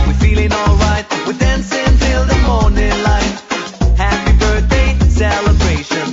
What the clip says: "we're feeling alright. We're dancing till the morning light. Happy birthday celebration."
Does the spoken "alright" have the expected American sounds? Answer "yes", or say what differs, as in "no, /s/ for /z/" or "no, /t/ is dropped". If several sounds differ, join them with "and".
yes